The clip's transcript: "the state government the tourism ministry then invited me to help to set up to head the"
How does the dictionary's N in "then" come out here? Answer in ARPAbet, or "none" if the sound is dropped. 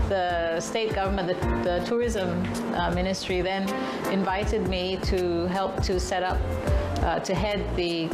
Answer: N